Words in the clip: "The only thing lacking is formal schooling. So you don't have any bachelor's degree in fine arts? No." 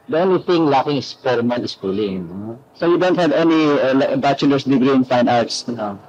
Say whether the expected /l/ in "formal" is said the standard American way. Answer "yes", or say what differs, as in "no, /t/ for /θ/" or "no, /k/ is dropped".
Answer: no, /n/ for /l/